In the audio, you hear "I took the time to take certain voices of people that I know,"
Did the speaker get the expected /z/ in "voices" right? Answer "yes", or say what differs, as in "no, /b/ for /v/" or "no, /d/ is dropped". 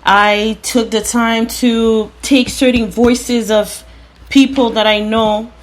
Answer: yes